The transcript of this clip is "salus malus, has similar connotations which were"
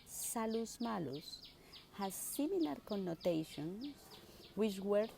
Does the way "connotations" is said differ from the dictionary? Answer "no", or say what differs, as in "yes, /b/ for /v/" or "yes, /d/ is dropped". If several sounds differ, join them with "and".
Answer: yes, /s/ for /z/